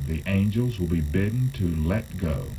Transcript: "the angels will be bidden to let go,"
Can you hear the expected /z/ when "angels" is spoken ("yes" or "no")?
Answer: yes